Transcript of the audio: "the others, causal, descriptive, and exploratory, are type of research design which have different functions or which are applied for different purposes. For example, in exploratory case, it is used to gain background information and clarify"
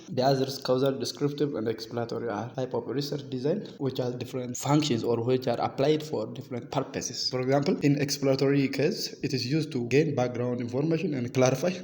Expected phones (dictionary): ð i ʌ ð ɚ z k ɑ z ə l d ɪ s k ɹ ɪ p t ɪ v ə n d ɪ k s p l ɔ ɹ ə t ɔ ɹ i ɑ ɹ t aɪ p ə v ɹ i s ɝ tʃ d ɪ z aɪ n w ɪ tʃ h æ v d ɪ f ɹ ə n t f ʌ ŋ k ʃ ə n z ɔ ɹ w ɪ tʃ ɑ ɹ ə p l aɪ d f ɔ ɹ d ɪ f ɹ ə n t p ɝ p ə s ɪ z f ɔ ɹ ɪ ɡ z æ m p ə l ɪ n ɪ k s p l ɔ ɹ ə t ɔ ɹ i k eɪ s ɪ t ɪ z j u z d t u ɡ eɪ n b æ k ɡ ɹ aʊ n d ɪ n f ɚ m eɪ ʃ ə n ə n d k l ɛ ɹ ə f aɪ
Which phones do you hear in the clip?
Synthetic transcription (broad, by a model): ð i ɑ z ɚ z k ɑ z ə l d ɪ s k ɹ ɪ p t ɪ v ə n d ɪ k s p l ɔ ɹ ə t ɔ ɹ i ɑ ɹ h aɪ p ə p ɹ i s ɝ tʃ d ɪ z aɪ n w ɪ tʃ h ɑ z d ɪ f ɹ ə n t f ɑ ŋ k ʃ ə n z ɔ ɹ w ɪ tʃ ɑ ɹ ə p l aɪ d f ɔ ɹ d ɪ f ɹ ə n t p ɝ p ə s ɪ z f ɔ ɹ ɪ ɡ z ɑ m p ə l ɪ n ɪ k s p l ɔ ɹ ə t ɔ ɹ i k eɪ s ɪ t ɪ z j u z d t u ɡ eɪ n b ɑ k ɡ ɹ aʊ n d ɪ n f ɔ m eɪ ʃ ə n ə n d k l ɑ ɹ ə f aɪ